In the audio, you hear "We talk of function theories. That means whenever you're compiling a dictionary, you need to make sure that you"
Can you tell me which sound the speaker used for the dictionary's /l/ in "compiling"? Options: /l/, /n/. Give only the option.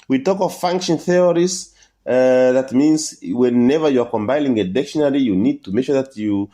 /n/